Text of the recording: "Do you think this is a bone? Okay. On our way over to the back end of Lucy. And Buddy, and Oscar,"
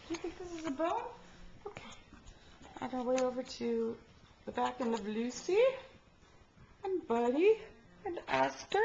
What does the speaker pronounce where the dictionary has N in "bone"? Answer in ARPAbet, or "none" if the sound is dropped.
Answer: L